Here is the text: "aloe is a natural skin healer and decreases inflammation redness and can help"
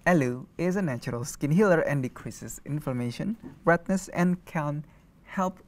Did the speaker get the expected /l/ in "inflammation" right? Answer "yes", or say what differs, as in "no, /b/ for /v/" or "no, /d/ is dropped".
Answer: no, /l/ is dropped